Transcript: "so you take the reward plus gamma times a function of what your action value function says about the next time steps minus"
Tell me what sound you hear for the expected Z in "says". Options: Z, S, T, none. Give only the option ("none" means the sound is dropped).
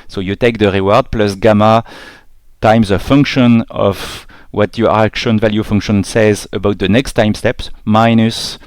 Z